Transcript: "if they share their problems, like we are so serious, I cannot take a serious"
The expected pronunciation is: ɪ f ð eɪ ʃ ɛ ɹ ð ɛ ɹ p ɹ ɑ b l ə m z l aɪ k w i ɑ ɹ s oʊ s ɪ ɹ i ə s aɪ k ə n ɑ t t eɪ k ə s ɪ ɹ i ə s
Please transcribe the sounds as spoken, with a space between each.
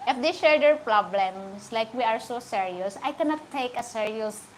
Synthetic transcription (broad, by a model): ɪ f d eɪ ʃ ɛ ɹ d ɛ ɹ p ɹ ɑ b l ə m s l aɪ k w i ɑ ɹ s oʊ s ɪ ɹ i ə s aɪ k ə n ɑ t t eɪ k ə s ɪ ɹ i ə s